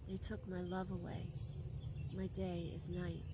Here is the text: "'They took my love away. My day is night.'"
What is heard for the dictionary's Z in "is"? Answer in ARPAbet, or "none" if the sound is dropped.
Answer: Z